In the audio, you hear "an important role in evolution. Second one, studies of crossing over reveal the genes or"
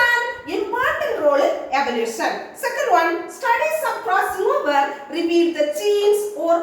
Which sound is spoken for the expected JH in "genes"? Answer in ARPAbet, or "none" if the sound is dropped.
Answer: CH